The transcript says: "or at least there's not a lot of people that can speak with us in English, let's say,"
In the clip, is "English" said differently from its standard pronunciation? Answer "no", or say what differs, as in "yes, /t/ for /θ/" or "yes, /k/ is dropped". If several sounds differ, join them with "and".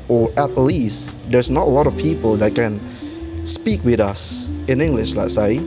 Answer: no